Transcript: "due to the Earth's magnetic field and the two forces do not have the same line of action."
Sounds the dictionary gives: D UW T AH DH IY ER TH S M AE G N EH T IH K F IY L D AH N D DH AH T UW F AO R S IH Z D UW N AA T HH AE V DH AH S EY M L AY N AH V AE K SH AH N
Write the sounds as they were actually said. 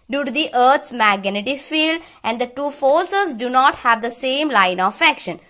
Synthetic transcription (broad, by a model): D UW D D IY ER T S M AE G N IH T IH F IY L AH N D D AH T UW F AO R S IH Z D UW N AA T HH AE V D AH S EY M L AY N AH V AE K SH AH N